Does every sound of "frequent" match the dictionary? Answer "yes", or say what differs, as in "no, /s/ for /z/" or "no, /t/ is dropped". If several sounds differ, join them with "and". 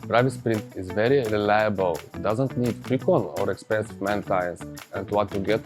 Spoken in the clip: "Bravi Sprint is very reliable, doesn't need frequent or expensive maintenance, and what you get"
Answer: no, /t/ is dropped